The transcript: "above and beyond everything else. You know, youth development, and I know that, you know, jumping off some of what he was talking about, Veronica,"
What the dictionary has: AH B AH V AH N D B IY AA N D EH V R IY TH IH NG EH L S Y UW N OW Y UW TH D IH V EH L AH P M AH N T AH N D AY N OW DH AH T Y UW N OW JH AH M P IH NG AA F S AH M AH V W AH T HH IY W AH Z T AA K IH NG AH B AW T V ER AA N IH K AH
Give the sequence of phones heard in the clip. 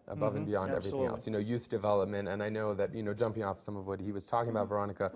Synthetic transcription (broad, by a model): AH B AH V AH N B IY AA N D EH V R IY TH IH NG EH L S Y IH N OW Y UW TH D IH V EH L AH P M AH N T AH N AY N OW DH AH T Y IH N OW JH AH M P IH NG AA F S AH M AH V W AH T HH IY W AH Z T AA K IH NG AH B AW T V ER AA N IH K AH